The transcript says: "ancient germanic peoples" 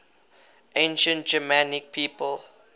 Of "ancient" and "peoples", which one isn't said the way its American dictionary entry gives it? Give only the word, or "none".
peoples